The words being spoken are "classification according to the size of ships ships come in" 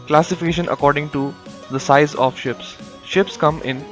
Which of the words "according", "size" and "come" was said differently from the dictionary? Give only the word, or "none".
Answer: none